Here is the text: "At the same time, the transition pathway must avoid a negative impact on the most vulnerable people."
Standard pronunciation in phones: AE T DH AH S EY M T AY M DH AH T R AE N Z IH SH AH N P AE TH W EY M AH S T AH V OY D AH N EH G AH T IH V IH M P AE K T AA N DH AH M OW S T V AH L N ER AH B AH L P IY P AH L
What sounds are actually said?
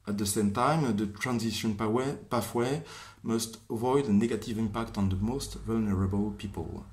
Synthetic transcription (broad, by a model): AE T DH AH S EY M T AY M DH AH T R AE N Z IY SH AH N P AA F W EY M AH S T AH V OY D AH N EH G AH T IH V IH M P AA K T AA N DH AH M OW S T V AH L N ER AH B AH L P IY P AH L